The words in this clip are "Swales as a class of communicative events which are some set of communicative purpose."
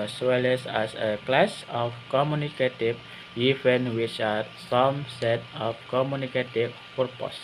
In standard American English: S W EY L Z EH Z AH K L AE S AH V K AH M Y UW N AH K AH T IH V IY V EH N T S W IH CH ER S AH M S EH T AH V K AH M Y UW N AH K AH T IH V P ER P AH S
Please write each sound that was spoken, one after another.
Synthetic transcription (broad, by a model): S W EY L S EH S AH K L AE S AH F K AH M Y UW N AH K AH T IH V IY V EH N W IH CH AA S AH M S EH T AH F K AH M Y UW N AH K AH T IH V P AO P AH S